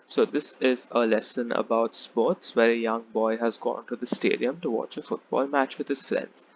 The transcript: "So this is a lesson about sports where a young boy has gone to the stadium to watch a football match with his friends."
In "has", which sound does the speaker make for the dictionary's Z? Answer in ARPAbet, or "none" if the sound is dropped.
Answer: Z